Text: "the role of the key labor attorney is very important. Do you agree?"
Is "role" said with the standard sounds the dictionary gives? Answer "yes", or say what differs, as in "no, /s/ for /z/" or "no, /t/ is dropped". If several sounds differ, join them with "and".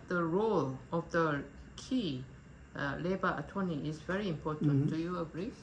yes